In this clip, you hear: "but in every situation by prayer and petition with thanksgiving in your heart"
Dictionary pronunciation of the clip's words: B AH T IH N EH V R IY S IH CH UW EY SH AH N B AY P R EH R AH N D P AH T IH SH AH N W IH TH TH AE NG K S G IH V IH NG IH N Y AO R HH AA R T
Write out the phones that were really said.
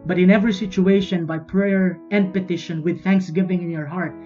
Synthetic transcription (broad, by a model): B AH T IH N EH V R IY S IH CH UW EY SH AH N B AY P R EH R AH N D P AH T IH SH AH N W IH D TH AE NG K S G IH V IH NG IH N Y AO R HH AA R T